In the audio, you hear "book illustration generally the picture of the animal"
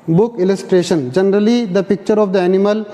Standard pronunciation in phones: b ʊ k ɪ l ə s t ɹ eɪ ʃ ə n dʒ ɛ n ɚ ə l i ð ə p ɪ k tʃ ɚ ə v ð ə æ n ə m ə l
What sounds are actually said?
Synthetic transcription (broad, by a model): b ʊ k ɪ l ə s t ɹ eɪ ʃ ə n dʒ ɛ n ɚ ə l i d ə p ɪ k tʃ ɚ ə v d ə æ n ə m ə l